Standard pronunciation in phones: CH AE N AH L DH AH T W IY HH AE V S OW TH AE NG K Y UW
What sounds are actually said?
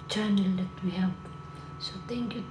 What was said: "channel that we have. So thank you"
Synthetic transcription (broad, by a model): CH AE N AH L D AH T W IY HH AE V S OW T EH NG K Y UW